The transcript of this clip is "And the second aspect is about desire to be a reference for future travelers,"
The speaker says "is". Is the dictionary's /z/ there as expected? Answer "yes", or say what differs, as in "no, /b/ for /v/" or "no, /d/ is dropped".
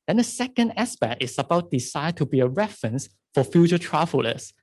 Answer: no, /s/ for /z/